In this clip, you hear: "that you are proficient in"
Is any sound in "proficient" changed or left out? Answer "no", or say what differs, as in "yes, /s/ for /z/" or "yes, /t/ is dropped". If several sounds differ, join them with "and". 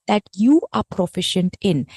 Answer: no